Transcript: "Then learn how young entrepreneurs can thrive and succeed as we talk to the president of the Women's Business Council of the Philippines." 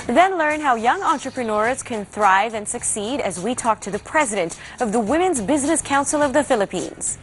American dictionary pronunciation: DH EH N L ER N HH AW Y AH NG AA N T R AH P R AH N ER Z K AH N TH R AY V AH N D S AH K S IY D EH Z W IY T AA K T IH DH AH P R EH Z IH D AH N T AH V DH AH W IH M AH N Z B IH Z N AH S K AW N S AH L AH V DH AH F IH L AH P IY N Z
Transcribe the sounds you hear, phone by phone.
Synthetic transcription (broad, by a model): DH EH N L ER N HH AW Y AH NG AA N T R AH P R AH N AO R K AH N TH R AY V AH N S AH K S IY D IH Z W IY T AA K T IH DH AH P R EH Z IH D AH N T AH V DH AH W IH M AH N Z B IH Z N AH S K AW N S L AH V DH AH F IH L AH P IY N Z